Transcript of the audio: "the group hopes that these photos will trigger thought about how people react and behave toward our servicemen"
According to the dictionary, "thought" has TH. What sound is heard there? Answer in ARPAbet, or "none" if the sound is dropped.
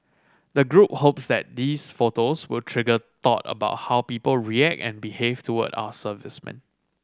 T